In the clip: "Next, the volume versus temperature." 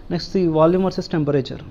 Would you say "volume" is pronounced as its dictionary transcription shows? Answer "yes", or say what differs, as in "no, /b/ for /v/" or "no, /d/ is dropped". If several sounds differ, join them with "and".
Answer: yes